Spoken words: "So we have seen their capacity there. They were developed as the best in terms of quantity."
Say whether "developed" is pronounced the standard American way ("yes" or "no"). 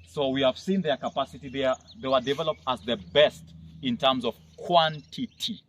yes